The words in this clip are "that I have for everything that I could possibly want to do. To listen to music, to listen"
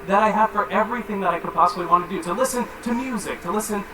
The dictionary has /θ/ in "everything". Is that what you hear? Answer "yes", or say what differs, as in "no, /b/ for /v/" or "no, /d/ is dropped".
yes